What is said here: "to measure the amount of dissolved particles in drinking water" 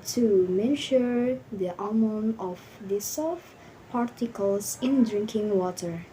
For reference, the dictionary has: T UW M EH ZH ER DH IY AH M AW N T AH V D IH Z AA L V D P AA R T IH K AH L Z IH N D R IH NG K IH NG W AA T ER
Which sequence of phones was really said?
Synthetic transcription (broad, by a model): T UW M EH SH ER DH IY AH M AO N AH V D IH S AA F P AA R T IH K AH L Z IH N D R IH NG K IH NG W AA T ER